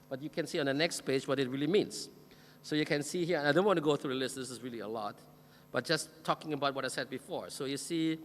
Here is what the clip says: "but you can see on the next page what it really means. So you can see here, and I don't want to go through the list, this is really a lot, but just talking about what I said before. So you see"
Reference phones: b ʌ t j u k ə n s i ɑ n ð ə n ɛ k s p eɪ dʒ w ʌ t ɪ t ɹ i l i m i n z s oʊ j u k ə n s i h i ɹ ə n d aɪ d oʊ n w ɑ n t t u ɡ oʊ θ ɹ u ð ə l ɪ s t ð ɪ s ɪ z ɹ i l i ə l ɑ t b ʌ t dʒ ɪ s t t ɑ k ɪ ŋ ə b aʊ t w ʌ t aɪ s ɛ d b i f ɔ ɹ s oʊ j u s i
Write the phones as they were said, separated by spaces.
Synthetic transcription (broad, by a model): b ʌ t j u k ə n s i ɑ n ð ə n ɛ k s p eɪ dʒ w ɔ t ɪ t ɹ i l i m i n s s oʊ j u k ə n s i h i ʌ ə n aɪ d oʊ n w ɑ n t t u ɡ oʊ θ ɹ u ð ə l ɪ s t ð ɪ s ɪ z ɹ i l i ə l ɑ t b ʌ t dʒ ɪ s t t ɑ k ɪ ŋ ə b aʊ t w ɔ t aɪ s ɛ d b i f ɔ ɹ s oʊ j u s i